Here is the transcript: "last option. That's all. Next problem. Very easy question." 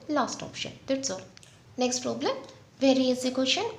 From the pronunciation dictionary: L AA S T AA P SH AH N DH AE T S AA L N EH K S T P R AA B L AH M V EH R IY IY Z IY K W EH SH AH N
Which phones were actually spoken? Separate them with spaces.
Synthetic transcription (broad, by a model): L AA S T AA P SH AH N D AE T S AA L N EH K S T P R AA B L AH M V EH R IY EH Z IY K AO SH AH N